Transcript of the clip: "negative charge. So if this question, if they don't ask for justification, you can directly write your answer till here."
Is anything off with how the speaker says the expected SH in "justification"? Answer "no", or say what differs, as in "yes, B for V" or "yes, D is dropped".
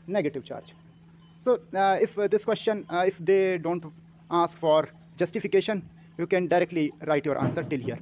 no